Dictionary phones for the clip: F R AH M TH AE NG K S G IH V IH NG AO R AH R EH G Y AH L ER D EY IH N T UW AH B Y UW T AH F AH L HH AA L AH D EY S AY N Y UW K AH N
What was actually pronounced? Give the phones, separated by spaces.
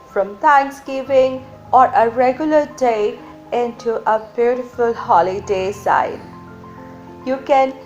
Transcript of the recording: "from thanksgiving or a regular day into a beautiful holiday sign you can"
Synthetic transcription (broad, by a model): F R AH M T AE NG K S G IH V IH NG AO R AH R EH G Y AH L ER D EY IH N T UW AH B Y UW T AH F AH L HH AA L AH D EY S AY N Y UW K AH N